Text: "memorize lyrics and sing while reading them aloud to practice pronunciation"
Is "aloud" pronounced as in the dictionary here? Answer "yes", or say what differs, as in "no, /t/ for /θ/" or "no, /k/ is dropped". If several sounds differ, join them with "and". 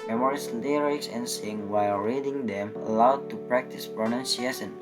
yes